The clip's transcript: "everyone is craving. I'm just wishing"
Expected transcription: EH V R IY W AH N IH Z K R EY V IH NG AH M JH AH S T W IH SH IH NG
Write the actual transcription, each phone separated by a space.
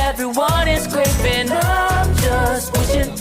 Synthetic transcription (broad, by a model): EH V R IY W AH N IH Z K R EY IH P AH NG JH AH S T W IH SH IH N